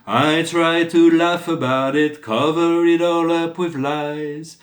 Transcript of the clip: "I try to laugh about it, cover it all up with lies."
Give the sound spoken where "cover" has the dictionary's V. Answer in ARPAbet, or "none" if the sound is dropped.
V